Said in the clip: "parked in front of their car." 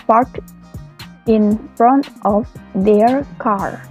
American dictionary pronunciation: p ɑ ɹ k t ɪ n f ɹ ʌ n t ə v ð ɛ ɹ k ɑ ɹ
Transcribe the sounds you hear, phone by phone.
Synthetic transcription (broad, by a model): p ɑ ɹ t ɪ n f ɹ ʌ n t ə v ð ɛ ɹ k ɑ ɹ